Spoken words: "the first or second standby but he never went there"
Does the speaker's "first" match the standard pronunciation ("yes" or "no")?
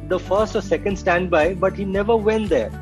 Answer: yes